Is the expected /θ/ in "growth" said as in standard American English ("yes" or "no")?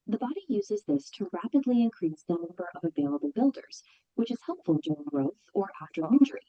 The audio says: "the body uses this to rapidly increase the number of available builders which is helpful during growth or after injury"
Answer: yes